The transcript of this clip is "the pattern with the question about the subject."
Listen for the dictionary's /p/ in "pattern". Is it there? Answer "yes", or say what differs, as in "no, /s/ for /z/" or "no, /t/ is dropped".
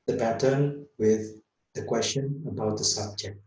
no, /b/ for /p/